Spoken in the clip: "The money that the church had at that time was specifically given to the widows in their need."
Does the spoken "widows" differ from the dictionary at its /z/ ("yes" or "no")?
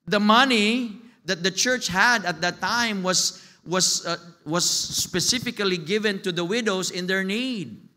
yes